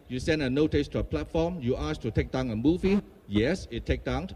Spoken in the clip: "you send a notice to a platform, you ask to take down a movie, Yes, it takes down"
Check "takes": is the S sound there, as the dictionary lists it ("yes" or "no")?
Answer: no